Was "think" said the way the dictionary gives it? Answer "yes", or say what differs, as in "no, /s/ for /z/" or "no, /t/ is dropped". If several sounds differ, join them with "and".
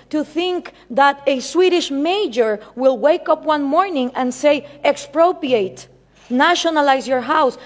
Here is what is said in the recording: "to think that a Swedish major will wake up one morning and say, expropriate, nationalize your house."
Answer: yes